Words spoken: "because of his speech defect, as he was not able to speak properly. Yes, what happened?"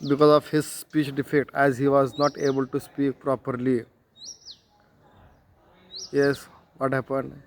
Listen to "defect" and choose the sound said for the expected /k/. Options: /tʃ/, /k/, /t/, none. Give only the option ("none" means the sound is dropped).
none